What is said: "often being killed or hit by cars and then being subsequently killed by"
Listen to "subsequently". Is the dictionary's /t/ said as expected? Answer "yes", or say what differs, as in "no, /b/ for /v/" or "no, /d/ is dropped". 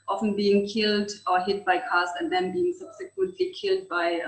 yes